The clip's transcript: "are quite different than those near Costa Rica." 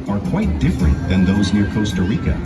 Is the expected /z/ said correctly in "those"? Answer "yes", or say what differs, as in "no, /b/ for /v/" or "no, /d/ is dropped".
yes